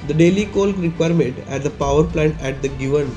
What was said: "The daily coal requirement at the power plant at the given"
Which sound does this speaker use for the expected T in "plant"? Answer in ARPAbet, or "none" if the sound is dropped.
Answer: T